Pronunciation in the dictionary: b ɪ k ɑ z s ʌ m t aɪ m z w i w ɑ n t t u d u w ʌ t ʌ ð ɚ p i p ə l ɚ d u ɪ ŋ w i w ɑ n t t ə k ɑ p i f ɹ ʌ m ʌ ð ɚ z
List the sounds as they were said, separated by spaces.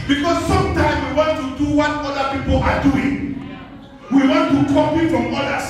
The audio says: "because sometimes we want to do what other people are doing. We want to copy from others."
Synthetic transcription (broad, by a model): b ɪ k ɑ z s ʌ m t aɪ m w i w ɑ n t t u d u w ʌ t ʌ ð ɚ p i p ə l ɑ d u ɪ ŋ w i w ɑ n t t ə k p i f ɹ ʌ m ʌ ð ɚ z